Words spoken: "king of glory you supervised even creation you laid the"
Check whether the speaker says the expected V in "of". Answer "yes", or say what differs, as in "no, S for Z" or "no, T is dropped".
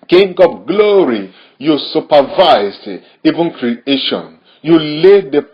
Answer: no, P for V